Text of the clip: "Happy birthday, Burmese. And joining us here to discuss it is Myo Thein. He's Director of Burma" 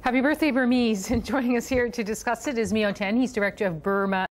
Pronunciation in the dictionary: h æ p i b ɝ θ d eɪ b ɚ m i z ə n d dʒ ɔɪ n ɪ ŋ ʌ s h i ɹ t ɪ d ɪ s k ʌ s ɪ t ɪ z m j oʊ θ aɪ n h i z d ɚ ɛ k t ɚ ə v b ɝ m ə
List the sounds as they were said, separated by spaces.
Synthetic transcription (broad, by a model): h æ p i b ɝ θ d eɪ b ɚ m i z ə n dʒ ɔɪ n ɪ ŋ ʌ s h i ɹ t ɪ d ɪ s k ʌ s ɪ t ɪ z m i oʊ t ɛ n h i z d ɚ ɛ k t ɚ ə v b ɝ m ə